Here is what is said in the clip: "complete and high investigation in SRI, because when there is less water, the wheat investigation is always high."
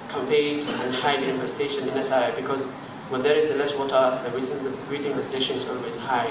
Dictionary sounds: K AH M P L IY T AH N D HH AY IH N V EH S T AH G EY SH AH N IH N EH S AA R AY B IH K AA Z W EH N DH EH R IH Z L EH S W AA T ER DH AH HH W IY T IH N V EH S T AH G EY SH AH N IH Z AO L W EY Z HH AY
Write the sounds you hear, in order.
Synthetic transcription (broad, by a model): K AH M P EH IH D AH N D HH AY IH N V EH S T EY SH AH N IH N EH S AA IH B IH K AA Z W EH N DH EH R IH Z L EH S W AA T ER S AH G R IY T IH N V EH S T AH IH SH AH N IH Z AO L W EY Z HH AY